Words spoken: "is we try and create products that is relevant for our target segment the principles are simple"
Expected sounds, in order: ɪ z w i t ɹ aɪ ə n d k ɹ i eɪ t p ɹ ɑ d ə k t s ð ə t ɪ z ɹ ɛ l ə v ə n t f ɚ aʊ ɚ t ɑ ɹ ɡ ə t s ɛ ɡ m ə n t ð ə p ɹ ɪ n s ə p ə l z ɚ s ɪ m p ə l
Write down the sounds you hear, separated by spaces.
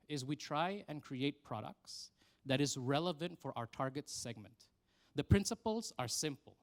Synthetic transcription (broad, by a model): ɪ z w i t ɹ aɪ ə n k ɹ i eɪ t p ɹ ɑ d ə k t s ð ə t ɪ z ɹ ɛ l ə v ə n t f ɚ aʊ ɚ t ɑ ɹ ɡ ə t s ɛ ɡ m ə n t ð ə p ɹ ɪ n s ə p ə l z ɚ s ɪ m p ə l